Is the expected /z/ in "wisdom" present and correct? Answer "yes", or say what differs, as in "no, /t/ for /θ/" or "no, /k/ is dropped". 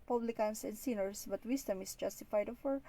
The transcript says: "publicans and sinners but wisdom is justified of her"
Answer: no, /s/ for /z/